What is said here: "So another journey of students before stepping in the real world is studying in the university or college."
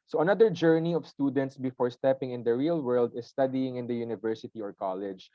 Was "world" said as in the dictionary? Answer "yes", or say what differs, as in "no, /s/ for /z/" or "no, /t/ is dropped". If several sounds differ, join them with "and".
yes